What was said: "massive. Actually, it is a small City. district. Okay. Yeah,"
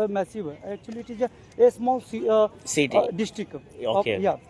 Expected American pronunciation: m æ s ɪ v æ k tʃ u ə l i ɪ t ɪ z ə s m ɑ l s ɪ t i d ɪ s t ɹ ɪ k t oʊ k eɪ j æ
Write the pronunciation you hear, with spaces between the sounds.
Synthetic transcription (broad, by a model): m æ s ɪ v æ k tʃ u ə l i t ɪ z ə s m ɑ l s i s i d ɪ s t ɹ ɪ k oʊ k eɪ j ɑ